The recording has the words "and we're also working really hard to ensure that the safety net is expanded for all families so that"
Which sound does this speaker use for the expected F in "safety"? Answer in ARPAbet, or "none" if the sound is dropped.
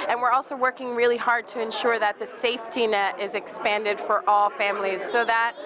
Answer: F